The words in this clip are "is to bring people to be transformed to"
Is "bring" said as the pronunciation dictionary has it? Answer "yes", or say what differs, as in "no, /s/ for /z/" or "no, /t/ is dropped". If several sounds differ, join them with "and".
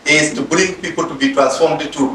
no, /l/ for /ɹ/